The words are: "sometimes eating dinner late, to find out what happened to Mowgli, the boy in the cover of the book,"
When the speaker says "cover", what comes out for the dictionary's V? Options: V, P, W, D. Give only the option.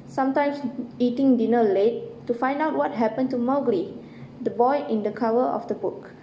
W